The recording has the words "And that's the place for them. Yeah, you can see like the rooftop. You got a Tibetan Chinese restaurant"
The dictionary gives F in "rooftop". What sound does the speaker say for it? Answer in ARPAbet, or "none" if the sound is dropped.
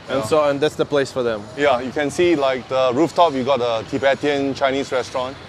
F